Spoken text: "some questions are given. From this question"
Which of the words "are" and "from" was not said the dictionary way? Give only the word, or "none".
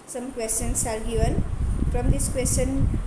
are